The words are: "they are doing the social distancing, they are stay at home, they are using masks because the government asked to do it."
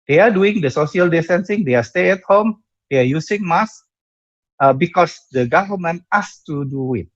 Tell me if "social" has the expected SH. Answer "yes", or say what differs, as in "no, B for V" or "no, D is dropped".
no, S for SH